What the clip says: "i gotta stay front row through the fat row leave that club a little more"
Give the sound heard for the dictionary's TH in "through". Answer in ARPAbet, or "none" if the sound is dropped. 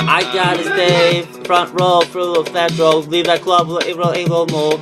F